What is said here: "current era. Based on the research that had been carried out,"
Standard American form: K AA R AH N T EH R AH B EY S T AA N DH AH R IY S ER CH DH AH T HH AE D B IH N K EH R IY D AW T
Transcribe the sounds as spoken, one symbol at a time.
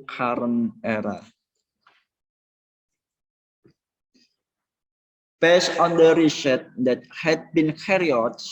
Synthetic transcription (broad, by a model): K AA R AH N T EH R AH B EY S AA N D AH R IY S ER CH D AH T HH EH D B IH N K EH R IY AO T